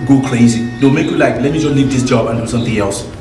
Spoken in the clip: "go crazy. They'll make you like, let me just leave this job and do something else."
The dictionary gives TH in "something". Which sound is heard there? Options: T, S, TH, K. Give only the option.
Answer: T